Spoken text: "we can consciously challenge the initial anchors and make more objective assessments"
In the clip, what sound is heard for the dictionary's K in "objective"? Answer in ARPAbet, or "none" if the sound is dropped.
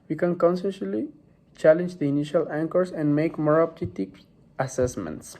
none